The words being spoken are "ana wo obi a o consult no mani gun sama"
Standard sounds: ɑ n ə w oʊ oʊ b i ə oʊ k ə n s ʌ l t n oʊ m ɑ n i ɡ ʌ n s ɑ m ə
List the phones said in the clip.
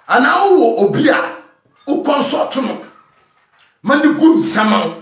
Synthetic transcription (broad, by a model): ɑ n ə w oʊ oʊ b i ə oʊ k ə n s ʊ t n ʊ m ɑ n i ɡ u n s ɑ m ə